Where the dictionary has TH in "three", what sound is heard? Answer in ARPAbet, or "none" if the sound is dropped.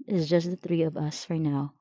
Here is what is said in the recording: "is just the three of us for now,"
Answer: TH